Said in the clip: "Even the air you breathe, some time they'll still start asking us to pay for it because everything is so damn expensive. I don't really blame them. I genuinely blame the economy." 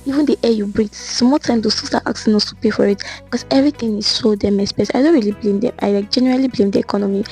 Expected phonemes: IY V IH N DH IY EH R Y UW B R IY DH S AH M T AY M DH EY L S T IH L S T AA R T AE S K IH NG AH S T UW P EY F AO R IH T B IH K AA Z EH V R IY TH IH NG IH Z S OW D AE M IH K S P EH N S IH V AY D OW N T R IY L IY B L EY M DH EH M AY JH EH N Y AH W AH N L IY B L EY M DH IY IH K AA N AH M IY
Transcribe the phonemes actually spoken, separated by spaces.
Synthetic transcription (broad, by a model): IY V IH N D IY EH Y UW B R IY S M T AY M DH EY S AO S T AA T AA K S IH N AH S T UW P EY F AO R IH T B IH K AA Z EH V R IY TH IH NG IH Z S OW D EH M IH S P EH S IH IH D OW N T R IY L IY B L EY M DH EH M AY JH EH N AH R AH L IY B L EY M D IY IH K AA N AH M IY